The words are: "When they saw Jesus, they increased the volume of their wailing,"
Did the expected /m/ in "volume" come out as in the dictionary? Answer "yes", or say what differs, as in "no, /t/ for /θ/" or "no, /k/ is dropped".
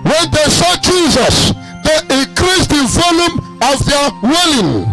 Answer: yes